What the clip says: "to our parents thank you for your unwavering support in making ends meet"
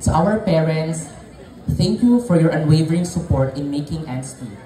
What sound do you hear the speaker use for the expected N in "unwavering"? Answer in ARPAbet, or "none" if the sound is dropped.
N